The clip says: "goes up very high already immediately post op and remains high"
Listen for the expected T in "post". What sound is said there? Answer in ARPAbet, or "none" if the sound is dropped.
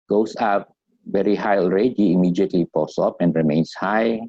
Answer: none